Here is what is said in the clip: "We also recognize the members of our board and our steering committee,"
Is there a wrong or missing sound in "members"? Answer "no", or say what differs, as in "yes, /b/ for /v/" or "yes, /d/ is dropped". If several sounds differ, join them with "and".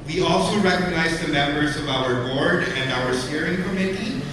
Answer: no